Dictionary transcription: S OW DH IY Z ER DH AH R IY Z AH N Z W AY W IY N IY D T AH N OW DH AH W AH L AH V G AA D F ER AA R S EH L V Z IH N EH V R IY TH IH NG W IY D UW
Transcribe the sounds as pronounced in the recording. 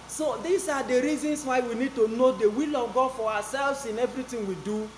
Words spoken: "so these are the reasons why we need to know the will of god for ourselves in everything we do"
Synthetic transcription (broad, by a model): S OW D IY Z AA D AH R IY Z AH N S W AY W IY N IY D T AH N OW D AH W AH L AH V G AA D F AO AA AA S EH L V S IH N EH V R IY T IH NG W IY D UW